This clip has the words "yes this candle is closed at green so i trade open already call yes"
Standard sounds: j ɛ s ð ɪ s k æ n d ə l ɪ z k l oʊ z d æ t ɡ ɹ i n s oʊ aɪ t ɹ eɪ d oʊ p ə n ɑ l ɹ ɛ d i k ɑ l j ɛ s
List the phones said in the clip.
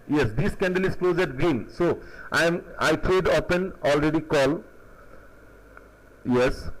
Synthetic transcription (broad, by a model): j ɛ s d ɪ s k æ n d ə l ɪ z k l oʊ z æ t ɡ ɹ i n s oʊ aɪ t ɹ eɪ d oʊ p ə n ɑ l ɹ ɛ d i k ɑ l j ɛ s